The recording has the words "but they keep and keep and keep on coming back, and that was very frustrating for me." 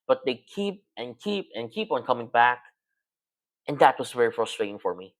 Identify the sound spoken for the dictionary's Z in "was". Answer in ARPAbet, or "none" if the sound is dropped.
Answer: S